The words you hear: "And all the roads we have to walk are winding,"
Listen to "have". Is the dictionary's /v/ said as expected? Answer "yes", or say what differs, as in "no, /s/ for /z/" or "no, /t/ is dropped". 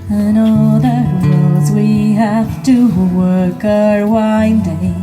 no, /f/ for /v/